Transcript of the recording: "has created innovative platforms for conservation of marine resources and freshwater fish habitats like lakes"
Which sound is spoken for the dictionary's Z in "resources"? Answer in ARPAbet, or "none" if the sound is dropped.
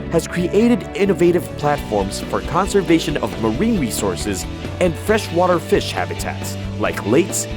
Z